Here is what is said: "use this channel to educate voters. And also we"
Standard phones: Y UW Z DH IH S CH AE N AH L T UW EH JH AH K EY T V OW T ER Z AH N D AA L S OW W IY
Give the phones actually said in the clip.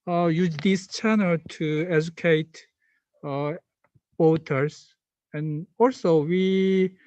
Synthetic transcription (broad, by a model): Y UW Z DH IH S CH AE N AH L T UW EH JH AH K EY T W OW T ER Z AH N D AA L S OW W IY